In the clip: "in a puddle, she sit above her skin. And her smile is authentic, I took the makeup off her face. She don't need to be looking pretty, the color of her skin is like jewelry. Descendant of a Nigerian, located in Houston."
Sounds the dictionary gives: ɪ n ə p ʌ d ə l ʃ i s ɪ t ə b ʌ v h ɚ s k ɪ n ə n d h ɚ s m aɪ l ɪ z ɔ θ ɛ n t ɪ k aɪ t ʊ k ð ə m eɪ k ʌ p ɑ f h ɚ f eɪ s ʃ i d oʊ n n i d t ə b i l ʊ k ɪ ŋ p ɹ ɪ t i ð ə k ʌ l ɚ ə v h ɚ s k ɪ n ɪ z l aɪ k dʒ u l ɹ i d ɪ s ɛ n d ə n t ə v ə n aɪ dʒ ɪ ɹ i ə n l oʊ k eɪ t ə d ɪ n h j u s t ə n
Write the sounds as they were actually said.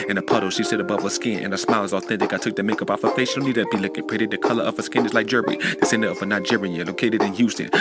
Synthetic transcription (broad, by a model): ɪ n ə p ʌ d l ʃ i s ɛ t ə b ʌ v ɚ s k ɪ n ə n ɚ s m aɪ l ɪ z ɔ θ ɛ n t ɪ k aɪ t ʊ k ð ə m eɪ k ʌ p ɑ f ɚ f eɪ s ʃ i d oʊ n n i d t ə b i l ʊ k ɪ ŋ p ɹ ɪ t ð ə k ʌ l ɚ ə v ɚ s k ɪ n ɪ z l aɪ k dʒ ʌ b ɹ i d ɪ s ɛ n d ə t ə f ə n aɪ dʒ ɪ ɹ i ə l oʊ k eɪ t ə d ɪ n j u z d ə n